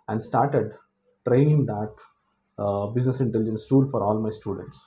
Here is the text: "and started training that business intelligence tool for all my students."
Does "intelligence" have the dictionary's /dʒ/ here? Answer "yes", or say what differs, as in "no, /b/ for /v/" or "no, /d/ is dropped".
yes